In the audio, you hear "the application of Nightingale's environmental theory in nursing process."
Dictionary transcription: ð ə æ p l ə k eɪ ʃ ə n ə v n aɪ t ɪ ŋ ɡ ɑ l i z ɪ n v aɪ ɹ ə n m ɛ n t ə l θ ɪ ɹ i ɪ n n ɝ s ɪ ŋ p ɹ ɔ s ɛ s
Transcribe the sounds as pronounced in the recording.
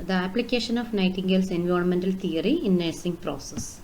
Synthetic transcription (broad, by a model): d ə æ p l ə k eɪ ʃ ə n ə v n aɪ t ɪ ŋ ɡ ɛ l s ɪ n v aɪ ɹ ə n m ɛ n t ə l t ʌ ɹ i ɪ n n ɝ s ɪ ŋ p ɹ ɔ s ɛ s